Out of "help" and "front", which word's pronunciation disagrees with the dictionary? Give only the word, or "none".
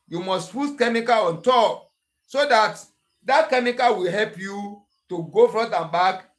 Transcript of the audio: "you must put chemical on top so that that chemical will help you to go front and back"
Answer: front